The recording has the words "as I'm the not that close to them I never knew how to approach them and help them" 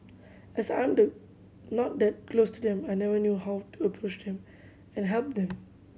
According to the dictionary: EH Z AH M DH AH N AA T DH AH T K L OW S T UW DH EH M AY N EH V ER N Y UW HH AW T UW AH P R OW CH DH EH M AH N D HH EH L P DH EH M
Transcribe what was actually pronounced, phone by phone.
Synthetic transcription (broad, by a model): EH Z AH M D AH N AA T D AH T K L OW S T UW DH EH M AY N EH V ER N Y UW HH AW T UW AH P R OW CH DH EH M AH N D HH EH L P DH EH M